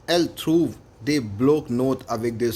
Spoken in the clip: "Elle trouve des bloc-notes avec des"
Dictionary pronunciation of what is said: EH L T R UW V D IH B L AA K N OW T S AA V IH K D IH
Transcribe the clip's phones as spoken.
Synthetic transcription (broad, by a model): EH L T R UW V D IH B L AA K N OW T AA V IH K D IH